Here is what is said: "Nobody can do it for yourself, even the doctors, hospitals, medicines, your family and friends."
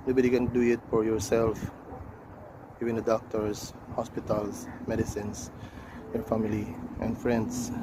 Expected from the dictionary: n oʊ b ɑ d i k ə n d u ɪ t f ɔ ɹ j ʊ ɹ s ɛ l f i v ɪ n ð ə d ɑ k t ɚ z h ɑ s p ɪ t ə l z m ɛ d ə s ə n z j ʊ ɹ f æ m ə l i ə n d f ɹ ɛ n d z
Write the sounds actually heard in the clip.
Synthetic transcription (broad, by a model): n oʊ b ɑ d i k ə n d u ɪ t f ɔ ɹ j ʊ ɹ s ɛ l f i v ɪ n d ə d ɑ k t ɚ s h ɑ s p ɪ t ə l s m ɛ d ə s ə n s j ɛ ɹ f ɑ m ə l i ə n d f ɹ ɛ n d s